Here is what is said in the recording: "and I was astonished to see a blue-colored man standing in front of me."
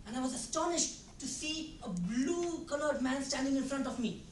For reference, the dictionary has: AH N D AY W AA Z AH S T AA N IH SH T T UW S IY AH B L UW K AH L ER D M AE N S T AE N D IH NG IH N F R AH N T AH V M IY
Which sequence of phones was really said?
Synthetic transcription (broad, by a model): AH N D AY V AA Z AH S T AA N IH SH T T UW S IY AH B L UW K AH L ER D M AE N S T AE N D IH NG IH N F R AH N T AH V M IY